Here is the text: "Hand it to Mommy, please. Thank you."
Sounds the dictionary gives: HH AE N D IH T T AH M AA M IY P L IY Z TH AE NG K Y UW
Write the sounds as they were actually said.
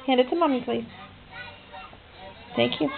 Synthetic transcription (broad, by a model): HH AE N D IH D T AH M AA M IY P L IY S TH AE NG K Y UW